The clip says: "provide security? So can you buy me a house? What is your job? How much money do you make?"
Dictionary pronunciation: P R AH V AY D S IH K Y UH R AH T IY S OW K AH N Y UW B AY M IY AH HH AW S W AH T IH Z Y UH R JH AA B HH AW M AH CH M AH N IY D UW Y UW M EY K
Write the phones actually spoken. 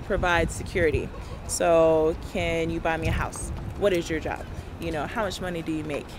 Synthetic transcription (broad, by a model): P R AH V AY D S IH K Y UH R AH T IY S OW K AH N Y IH B AY M IY AH HH AW S W AH T IH Z Y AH R JH AA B HH AW M AH CH M AH N IY D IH Y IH M EY K